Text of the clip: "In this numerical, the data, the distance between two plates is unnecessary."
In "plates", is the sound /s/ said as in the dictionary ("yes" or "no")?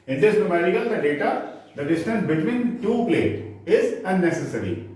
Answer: no